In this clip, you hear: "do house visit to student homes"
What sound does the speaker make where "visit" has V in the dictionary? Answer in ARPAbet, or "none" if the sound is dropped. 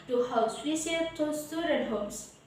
W